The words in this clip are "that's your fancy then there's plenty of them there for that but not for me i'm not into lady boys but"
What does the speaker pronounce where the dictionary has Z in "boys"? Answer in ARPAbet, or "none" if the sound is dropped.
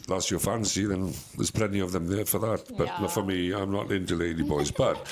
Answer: Z